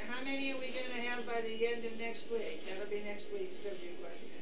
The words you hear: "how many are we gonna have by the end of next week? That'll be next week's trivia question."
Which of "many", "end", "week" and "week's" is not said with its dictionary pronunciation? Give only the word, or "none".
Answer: none